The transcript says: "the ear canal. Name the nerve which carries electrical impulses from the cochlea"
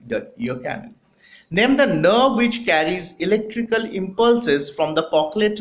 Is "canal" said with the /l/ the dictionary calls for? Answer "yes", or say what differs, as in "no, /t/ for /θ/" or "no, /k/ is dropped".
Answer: no, /n/ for /l/